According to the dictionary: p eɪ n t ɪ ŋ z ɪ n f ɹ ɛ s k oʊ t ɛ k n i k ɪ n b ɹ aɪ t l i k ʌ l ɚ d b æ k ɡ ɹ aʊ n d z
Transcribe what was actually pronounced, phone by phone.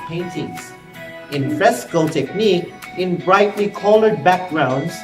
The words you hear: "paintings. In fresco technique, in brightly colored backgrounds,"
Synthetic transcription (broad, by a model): p eɪ n t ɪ ŋ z ɪ n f ɹ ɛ s k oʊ t ɛ k n i k ɪ n b ɹ aɪ t l i k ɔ l ɚ d b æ k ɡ ɹ aʊ n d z